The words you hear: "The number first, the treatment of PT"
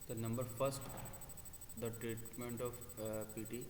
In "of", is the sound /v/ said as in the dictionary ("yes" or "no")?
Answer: no